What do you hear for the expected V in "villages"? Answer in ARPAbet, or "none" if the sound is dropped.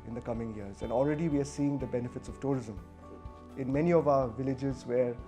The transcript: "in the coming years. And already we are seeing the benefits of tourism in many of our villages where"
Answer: V